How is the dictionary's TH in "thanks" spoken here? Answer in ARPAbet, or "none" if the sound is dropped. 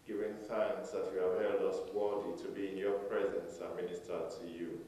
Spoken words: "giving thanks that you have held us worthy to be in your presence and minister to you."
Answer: TH